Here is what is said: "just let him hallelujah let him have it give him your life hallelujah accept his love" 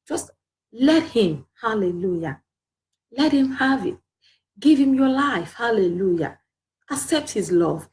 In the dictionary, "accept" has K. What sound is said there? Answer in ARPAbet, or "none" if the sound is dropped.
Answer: K